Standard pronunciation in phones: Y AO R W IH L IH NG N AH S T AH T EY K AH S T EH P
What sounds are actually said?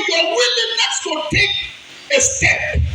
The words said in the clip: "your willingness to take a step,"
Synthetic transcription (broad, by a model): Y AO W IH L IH N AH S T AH T EY K AH S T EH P